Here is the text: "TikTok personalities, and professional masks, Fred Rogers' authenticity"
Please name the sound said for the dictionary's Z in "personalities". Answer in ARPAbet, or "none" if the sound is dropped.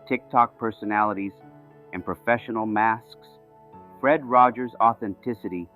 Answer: Z